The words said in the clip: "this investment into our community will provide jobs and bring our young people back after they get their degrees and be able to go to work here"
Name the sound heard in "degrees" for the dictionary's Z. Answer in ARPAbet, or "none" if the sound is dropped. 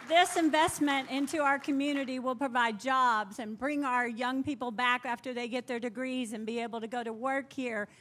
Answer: Z